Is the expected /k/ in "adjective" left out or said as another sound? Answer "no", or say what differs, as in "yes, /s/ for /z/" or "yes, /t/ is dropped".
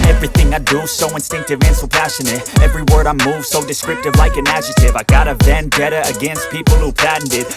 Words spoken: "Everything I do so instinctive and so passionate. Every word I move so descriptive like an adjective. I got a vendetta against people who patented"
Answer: yes, /k/ is dropped